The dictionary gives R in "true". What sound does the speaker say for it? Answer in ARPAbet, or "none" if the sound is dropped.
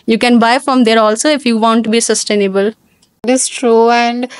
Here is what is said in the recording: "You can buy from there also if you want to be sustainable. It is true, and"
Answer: R